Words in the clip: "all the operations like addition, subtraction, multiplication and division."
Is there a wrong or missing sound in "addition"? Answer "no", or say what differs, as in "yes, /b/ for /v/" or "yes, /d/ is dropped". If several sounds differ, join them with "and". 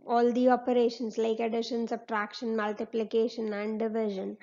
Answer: no